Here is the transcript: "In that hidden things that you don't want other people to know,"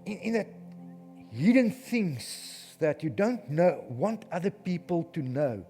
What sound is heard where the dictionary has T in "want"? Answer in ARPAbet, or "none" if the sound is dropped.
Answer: T